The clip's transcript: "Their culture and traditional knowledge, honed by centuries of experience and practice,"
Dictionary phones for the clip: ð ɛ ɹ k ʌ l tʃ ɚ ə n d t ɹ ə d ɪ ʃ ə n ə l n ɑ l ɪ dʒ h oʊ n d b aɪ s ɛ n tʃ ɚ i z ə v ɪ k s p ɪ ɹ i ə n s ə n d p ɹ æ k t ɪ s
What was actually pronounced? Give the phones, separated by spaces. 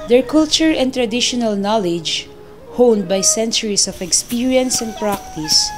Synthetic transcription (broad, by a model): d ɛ ɹ k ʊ l tʃ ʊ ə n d t ɹ ə d ɪ ʃ ə n ə l n ɑ l ɪ dʒ h oʊ n d b aɪ s ɛ n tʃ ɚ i s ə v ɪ k s p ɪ ɹ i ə n s ə n d p ɹ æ k t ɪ s